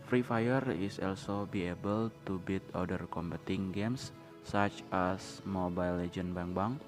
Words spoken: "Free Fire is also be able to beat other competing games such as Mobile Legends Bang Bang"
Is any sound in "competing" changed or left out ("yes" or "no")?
yes